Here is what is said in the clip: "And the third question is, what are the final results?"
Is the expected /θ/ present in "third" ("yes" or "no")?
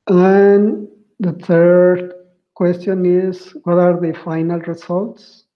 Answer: no